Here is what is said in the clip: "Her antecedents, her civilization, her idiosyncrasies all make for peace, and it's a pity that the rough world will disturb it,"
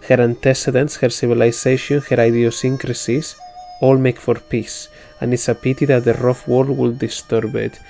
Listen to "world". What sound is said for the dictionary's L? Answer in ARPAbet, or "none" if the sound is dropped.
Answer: none